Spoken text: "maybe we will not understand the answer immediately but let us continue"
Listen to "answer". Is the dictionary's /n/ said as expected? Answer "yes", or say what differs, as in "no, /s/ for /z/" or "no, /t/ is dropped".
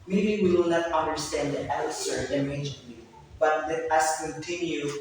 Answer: no, /l/ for /n/